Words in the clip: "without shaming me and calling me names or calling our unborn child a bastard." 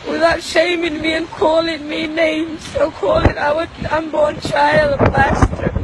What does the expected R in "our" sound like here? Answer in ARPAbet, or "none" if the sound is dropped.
W